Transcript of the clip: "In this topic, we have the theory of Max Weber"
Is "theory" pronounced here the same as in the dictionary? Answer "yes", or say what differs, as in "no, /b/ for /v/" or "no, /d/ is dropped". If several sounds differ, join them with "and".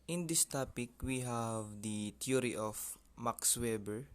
no, /t/ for /θ/